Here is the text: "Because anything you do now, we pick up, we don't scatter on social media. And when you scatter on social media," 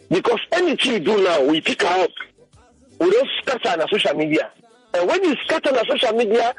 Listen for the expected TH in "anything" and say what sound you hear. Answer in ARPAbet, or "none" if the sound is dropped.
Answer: T